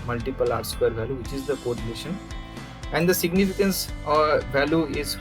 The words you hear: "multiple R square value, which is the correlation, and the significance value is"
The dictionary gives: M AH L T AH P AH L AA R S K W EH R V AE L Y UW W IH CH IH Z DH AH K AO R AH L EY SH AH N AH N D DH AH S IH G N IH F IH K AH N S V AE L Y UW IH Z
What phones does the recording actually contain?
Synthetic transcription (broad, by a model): M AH L T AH P AH L AA R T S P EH R V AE L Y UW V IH CH IH Z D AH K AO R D N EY SH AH N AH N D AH S IH G N IH F IH K AH N S V AE L Y UW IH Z